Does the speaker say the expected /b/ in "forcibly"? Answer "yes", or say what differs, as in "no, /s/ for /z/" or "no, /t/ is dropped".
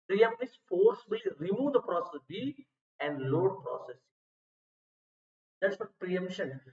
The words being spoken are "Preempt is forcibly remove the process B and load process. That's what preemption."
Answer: no, /b/ is dropped